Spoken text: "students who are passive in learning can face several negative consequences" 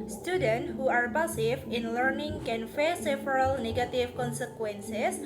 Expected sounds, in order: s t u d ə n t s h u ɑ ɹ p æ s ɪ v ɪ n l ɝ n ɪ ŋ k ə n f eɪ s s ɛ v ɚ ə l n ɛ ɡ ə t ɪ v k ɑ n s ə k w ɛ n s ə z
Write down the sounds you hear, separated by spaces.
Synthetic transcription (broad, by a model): s t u d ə n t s h u ɑ ɹ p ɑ s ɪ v ɪ n l ɝ n ɪ ŋ k ə n f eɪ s s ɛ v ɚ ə l n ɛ ɡ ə t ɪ f k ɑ n s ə k w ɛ n s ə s